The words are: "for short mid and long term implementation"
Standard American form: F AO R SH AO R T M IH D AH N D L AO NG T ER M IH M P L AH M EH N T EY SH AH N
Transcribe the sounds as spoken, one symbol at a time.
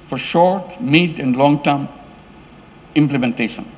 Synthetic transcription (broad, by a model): F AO R SH AO R T M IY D AH N D L AO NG T ER M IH M P L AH M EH N T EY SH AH N